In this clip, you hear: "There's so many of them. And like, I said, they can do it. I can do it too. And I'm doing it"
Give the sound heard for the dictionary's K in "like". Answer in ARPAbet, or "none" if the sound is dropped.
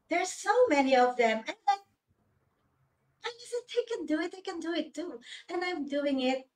none